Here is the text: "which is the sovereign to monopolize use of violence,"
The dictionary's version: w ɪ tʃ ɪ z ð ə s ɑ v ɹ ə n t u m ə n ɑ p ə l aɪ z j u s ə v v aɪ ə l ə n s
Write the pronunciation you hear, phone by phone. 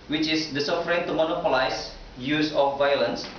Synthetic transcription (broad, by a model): w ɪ tʃ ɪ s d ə s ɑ f ɹ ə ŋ t u m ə n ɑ p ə l aɪ s j u s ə f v aɪ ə l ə n s